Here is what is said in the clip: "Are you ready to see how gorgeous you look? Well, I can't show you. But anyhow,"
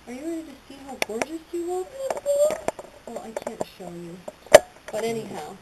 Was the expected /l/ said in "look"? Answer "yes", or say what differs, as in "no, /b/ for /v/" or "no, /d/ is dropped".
no, /w/ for /l/